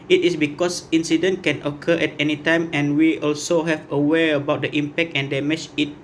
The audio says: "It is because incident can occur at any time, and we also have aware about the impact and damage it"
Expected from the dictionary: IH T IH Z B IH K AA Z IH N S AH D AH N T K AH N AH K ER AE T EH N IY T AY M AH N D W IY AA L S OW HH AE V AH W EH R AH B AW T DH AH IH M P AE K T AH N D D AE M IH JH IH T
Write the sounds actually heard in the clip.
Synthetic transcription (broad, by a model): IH T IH S B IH K AA S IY N S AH D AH N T K AH N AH K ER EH T EH N IY T AY M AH N W IY AA L S OW HH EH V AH W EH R AH B AW T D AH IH M P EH K T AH N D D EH M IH CH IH T